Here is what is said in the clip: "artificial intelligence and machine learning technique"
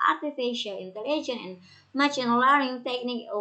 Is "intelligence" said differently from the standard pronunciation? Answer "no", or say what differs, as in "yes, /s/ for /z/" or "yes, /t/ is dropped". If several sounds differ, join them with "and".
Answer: yes, /s/ is dropped